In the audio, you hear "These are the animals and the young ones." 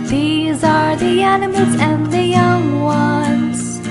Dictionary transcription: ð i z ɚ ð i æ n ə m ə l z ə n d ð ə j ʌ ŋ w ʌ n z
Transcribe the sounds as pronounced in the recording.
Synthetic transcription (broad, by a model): ð i z ɚ ð i æ n ə m ə l z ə n ð ə j ʌ ŋ w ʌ n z